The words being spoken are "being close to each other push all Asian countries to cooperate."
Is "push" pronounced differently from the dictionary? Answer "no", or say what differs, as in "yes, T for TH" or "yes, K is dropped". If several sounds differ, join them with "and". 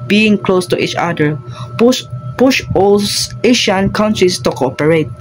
no